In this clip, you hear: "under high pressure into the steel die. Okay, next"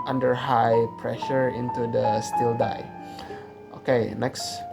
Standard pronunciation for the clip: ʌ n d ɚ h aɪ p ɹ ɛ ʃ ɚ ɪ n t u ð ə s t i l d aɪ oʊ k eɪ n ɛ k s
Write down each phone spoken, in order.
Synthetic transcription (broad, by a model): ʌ n d ɚ h aɪ p ɹ ɛ ʃ ɚ ɪ n t u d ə s t i l d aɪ oʊ k eɪ n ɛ k s